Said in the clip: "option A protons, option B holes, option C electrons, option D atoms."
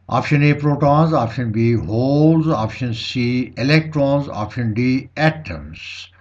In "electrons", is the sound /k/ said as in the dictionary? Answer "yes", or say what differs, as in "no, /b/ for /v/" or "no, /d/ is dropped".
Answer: yes